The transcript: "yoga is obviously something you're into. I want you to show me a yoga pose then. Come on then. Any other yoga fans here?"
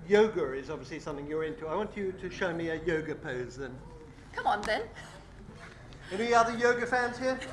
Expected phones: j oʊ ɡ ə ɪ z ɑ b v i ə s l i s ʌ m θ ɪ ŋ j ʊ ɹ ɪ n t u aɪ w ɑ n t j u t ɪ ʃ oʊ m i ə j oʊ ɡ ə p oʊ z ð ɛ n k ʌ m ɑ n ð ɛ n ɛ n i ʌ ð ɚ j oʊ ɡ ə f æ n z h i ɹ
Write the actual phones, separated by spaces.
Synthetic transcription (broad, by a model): j oʊ ɡ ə ɪ z ɑ b v i ə s l i s ʌ m θ ɪ ŋ j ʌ ɹ ɪ n t u aɪ w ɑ n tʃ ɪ t ɪ ʃ oʊ m i ə j oʊ ɡ ə p oʊ z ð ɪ n k ʌ m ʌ n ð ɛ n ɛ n i ʌ ð ɚ j oʊ ɡ ə f æ n z h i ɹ